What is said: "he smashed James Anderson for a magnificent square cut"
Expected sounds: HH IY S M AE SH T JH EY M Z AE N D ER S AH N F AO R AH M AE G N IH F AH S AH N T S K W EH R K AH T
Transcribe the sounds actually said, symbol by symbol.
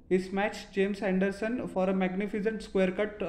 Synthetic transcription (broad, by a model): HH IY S M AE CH JH EY M S AE N D ER S AH N F AO R AH M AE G N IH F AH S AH N T S K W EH R K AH T